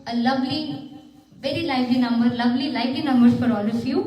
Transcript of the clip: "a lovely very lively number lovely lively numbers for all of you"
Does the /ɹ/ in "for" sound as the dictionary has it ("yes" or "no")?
yes